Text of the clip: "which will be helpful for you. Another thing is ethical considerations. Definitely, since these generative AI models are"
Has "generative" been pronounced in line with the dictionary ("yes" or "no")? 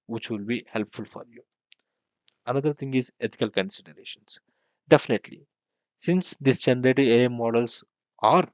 no